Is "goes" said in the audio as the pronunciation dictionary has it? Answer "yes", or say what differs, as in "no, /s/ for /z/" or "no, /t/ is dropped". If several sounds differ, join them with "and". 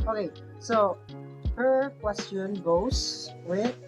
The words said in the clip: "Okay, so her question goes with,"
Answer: no, /s/ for /z/